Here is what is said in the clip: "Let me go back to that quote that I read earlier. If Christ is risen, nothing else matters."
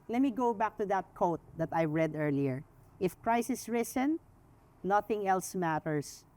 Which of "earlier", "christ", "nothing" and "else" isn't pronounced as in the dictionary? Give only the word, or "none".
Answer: christ